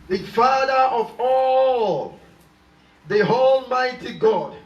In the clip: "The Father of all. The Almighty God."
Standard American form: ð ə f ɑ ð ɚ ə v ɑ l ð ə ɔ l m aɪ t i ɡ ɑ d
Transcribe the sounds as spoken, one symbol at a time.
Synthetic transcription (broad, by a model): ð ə f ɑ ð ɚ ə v ɑ l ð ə ɔ l m aɪ t i ɡ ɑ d